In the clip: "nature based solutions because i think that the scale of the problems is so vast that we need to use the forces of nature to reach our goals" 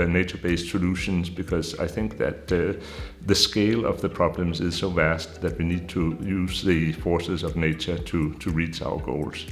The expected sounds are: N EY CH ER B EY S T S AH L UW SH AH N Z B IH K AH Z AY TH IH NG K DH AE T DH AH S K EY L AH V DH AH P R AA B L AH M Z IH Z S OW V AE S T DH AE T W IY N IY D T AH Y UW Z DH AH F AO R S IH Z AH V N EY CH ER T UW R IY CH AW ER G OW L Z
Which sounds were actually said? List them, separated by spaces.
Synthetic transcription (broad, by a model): N EY CH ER B EY S T S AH L UW SH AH N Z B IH K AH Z AY TH IH NG K DH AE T DH AH S K EY L AH V DH AH P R AA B L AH M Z IH Z S OW V AE S T DH AE T W IY N IY D T AH Y UW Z DH AH F AO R S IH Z AH V N EY CH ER T UW R IY CH AW ER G OW L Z